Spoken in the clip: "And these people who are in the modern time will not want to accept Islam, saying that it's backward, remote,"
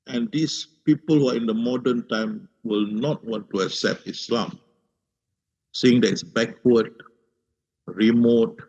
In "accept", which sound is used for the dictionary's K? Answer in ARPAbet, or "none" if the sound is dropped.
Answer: K